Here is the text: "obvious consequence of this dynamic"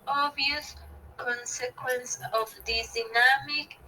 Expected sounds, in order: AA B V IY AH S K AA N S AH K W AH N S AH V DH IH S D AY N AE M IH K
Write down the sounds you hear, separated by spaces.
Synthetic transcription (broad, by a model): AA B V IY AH S K AA N S AH K W AH N S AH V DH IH D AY N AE M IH K